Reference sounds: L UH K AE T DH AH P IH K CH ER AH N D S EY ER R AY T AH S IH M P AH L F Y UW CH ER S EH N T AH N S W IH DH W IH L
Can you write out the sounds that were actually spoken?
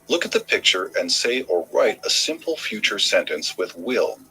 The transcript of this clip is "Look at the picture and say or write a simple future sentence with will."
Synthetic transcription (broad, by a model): L UH K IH T DH AH P IH K CH ER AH N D S EY ER R AY T AH S IH M P L F Y UW CH ER S EH N T AH N S W IH DH W IH L